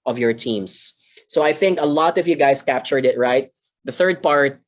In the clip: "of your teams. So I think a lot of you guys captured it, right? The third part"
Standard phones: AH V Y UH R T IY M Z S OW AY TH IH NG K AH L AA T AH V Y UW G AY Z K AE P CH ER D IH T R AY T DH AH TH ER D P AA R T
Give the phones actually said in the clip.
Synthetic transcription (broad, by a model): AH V Y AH R T IY M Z S OW AY TH IH NG K AH L AA T AH V Y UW G AY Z K AE P CH ER D IH T R AY T DH AH TH ER D P AA R T